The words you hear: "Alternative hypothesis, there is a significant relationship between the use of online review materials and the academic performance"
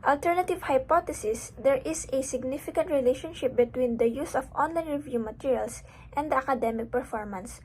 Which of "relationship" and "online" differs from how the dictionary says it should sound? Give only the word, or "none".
none